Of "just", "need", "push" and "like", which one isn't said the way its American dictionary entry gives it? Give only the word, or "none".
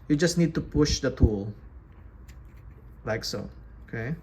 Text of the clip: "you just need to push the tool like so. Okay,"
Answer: none